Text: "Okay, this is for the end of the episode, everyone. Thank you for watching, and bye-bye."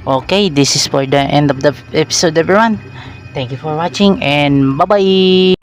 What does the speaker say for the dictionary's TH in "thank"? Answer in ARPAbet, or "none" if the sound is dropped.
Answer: T